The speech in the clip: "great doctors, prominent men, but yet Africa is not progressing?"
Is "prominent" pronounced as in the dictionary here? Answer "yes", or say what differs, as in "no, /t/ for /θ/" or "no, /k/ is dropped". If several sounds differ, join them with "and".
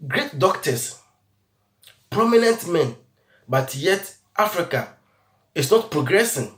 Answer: yes